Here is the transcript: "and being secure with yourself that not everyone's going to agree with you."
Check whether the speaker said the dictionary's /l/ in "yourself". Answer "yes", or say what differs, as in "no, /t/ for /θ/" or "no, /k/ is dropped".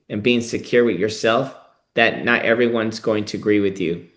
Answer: yes